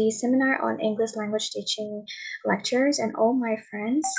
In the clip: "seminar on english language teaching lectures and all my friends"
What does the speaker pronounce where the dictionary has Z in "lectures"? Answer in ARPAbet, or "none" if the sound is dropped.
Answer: Z